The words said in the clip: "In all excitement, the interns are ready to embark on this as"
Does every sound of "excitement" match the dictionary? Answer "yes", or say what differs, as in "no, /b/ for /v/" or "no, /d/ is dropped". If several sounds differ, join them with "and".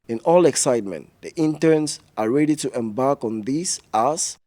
yes